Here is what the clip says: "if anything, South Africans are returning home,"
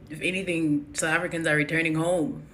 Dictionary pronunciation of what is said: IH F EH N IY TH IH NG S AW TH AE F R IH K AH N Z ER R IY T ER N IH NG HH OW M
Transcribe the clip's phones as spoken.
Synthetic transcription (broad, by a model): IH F EH N IY TH IH NG S AW TH AE F R IH K AH N Z ER R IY T ER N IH NG HH OW M